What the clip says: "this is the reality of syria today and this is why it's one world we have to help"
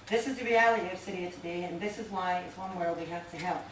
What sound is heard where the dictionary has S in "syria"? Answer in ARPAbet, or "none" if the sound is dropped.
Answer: S